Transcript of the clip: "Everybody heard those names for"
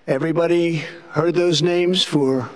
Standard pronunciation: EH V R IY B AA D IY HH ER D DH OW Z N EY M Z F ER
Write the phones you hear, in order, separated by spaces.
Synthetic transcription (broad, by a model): EH V R IY B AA D IY HH ER D DH OW Z N EY M Z F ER